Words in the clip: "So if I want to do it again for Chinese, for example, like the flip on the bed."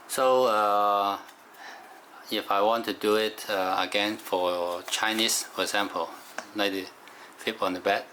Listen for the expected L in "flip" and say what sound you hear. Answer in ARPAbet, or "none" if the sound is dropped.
none